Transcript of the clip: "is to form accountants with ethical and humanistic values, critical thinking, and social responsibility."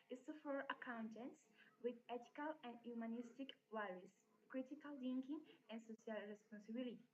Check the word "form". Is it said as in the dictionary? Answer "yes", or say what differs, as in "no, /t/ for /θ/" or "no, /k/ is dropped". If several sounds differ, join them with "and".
no, /m/ is dropped